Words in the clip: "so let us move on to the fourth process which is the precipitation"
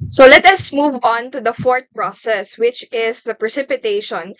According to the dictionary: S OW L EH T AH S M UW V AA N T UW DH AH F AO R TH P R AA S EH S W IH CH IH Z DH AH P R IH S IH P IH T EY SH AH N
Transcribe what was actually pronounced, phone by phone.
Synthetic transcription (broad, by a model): S OW L EH T AH S M UW V AA N T UW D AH F AO R T P R AA S EH S W IH CH IH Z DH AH P R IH S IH P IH T EY SH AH N